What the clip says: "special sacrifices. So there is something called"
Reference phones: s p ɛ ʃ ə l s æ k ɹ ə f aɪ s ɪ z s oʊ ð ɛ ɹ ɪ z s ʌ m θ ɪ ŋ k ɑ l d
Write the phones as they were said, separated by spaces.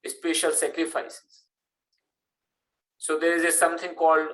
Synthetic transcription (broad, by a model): s p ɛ ʃ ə l s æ k ɹ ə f aɪ s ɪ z s oʊ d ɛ ɹ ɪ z s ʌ m t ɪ ŋ k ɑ l d